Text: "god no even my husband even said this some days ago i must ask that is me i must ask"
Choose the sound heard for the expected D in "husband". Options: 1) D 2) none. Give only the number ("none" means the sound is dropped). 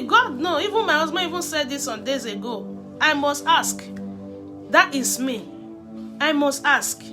2